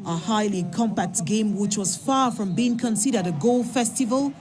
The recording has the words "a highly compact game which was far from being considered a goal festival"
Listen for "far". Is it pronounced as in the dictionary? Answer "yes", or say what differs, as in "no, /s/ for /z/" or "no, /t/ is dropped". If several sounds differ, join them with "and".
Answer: yes